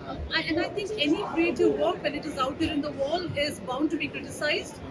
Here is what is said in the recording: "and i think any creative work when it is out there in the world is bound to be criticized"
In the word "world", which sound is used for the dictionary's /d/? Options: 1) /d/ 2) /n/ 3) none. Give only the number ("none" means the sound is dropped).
3